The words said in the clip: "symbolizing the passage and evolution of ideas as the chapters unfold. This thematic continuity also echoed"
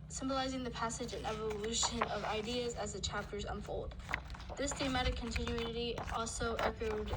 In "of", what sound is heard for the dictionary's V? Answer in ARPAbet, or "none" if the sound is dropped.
V